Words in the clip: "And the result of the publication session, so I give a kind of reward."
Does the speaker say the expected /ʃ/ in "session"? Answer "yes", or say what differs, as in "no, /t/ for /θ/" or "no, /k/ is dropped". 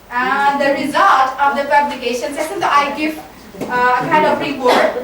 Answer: no, /s/ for /ʃ/